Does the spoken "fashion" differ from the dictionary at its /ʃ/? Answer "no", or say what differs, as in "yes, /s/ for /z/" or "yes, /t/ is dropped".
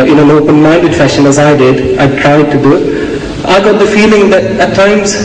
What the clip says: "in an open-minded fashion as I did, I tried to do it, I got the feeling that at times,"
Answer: no